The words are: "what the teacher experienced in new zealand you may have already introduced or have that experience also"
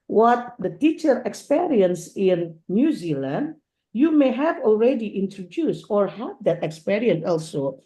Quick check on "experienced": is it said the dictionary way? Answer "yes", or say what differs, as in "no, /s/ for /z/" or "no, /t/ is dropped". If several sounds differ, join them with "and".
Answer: no, /t/ is dropped